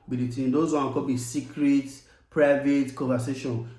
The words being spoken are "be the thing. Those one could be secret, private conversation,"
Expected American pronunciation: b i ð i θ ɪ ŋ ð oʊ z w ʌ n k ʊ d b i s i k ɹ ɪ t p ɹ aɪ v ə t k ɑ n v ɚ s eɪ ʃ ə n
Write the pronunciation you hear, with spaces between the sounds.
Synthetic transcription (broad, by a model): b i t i t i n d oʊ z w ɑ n k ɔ b i s i k ɹ ɪ t p ɹ aɪ v ə t k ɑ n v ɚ s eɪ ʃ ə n